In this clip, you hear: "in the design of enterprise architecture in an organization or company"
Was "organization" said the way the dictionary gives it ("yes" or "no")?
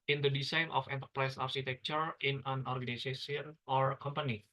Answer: no